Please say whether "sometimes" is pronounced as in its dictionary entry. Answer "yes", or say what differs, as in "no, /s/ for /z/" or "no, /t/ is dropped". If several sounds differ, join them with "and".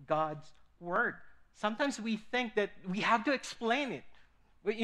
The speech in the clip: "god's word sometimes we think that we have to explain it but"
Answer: yes